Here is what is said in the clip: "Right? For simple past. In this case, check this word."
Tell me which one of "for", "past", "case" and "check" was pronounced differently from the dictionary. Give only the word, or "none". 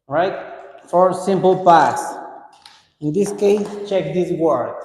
past